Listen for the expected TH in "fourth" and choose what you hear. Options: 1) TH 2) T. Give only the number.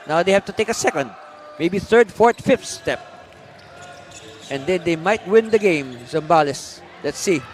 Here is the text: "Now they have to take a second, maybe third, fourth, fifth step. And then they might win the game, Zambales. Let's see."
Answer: 2